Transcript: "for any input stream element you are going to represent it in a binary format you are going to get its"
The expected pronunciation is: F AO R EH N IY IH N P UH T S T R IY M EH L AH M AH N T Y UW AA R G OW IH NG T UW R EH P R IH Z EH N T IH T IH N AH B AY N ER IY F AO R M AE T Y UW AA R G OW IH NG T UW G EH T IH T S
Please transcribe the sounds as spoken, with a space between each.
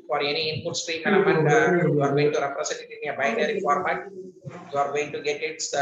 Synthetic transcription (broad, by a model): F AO R EH N IY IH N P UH T S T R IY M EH N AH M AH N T Y UW AA R G OW IH NG T UW R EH P R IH S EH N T IH T IH N AH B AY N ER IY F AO R M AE T Y UW AA R G OW IH NG T UW G EH T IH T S